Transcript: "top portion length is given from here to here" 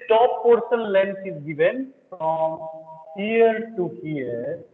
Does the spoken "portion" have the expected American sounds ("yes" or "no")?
no